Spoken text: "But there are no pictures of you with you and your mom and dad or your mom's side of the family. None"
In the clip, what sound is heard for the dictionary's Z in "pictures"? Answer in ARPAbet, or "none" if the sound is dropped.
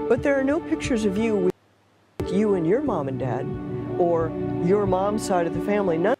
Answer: Z